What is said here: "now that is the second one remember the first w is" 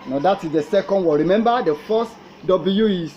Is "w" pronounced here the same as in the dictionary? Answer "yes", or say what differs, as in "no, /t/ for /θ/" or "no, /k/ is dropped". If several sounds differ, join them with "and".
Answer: no, /l/ is dropped